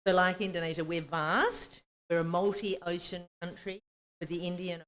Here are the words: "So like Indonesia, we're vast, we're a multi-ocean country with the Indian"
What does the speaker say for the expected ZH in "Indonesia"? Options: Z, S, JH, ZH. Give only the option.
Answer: ZH